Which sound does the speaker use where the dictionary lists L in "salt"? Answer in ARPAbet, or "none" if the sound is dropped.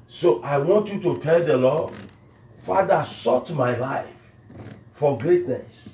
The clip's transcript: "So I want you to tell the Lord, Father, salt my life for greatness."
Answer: none